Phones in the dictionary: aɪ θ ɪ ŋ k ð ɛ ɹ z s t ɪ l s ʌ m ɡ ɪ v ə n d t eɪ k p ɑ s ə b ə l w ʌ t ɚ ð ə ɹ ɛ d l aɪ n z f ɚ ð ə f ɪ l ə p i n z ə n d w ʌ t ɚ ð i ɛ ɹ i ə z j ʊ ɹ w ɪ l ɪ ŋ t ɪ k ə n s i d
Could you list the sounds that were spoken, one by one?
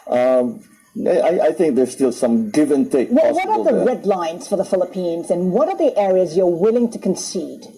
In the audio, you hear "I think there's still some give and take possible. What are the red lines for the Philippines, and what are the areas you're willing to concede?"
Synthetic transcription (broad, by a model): aɪ θ ɪ ŋ k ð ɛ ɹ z s t ɪ l s ʌ m ɡ ɪ v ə n t eɪ k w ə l w ʌ t ɚ ð ə ɹ ɛ d l aɪ n z f ɚ ð ə f ɪ l ə p i n z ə n w ʌ t ɚ ð i ɛ ɹ i ə z j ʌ ɹ w ɪ l ɪ ŋ t ɪ k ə n s i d